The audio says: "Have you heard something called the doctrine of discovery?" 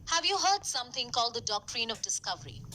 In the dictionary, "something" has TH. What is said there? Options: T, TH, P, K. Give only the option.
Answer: T